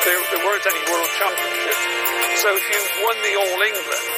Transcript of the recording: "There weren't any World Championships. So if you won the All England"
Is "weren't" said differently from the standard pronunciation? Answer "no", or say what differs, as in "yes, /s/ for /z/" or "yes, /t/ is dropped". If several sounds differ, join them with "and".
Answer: no